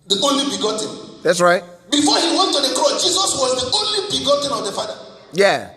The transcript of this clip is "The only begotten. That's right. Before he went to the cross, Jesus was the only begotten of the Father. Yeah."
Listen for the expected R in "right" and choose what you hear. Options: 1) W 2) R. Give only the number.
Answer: 2